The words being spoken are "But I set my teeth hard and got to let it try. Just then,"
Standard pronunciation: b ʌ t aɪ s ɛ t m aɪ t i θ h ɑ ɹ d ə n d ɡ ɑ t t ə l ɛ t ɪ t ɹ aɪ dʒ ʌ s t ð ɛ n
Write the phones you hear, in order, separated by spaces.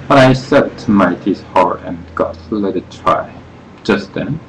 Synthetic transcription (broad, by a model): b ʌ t aɪ s ɛ t m aɪ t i s h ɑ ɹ ə n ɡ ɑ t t l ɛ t ɪ t ɹ aɪ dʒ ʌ s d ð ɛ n